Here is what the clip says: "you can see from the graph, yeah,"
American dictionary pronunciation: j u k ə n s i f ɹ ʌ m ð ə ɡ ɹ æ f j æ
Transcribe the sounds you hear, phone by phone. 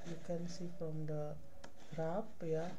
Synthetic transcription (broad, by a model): j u k ə n s i f ɹ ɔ m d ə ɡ ɹ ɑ p j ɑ